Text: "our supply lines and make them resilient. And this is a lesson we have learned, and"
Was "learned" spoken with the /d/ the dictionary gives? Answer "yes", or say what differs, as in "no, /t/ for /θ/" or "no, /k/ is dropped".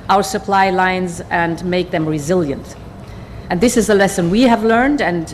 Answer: yes